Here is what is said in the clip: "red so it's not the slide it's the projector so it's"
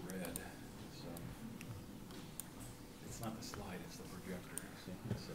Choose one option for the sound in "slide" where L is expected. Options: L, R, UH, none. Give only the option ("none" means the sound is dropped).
L